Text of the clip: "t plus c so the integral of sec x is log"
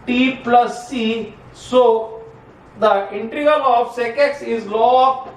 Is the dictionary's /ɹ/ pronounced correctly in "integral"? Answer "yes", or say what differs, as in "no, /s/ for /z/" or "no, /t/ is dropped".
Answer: no, /ɹ/ is dropped